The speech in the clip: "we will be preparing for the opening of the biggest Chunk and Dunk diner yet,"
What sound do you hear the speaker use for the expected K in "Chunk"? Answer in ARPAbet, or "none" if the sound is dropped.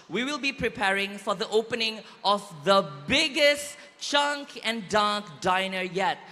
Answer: K